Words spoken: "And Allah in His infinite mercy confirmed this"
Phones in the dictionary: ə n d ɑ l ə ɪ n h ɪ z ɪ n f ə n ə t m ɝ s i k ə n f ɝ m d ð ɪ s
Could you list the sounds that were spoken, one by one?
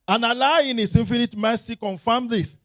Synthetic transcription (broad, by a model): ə n ɑ l ə ɪ n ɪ s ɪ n f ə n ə t m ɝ s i k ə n f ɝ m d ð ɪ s